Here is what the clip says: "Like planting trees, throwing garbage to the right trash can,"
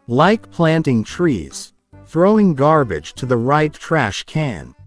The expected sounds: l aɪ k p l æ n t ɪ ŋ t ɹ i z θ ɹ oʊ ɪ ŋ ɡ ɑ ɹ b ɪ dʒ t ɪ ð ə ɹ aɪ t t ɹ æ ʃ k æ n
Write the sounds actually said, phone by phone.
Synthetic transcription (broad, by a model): l aɪ k p l æ n t ɪ ŋ t ɹ i z θ ɹ oʊ ɪ ŋ ɡ ɑ ɹ b ɪ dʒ t ɪ ð ə ɹ aɪ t t ɹ æ ʃ k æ n